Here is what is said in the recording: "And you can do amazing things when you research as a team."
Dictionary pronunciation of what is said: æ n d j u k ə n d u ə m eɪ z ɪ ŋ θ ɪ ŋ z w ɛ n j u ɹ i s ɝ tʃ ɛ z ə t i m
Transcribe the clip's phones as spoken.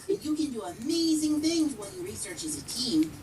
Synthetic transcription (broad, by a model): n j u k ə n d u ə m eɪ z ɪ ŋ θ ɪ ŋ z w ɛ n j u ɹ i s ɝ tʃ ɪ z ə t i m